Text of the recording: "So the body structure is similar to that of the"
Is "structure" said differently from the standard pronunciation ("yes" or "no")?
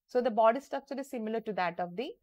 yes